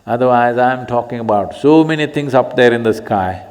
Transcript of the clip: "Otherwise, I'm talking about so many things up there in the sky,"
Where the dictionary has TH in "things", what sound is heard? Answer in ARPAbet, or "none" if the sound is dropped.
T